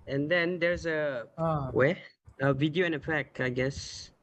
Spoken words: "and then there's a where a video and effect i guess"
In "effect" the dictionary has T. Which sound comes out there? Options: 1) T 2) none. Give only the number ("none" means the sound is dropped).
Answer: 2